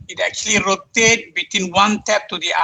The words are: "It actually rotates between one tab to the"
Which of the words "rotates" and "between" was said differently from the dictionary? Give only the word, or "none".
rotates